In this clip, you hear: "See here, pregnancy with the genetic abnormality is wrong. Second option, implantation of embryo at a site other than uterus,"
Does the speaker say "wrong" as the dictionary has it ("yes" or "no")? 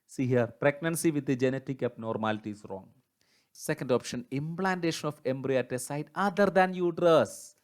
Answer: yes